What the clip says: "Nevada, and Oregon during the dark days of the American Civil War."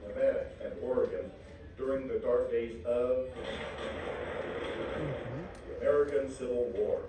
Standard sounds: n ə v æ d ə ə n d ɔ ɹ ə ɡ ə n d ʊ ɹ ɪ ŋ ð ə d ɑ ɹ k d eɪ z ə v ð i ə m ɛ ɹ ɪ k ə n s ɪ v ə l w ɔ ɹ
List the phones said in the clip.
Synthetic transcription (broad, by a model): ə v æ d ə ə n ɔ ɹ ə ɡ ə n d ʊ ɹ ɪ ŋ ð ə d ɑ ɹ k d eɪ z ə v ð i ə m ɛ ɹ ɪ k ə n s ɪ v l w ɔ ɹ